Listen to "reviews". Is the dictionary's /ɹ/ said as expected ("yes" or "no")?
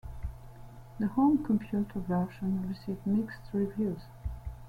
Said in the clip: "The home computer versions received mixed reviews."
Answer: yes